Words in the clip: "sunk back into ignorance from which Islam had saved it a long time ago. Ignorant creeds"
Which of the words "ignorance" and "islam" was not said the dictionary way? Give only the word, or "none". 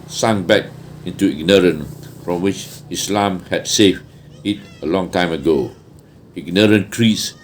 ignorance